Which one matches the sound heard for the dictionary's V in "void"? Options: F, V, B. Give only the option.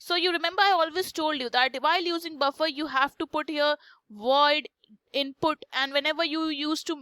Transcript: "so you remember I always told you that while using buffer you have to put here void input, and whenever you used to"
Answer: V